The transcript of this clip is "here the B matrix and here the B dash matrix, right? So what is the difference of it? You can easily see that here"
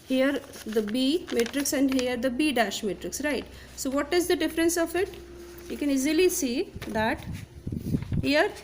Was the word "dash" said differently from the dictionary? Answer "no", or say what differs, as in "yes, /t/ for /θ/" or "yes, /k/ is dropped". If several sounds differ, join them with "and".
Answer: no